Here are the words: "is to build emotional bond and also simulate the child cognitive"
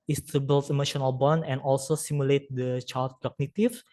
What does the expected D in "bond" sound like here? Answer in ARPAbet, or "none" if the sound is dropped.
none